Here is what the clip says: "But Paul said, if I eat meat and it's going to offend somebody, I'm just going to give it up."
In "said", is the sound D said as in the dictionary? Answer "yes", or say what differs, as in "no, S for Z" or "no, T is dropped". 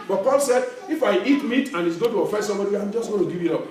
yes